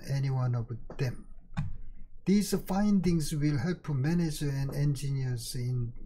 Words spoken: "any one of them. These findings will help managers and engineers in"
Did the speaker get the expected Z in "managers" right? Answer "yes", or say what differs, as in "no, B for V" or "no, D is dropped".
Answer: no, Z is dropped